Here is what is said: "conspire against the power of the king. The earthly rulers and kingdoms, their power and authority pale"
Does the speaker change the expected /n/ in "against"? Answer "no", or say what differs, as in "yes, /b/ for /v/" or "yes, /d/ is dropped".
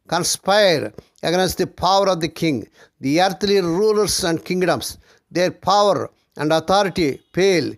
no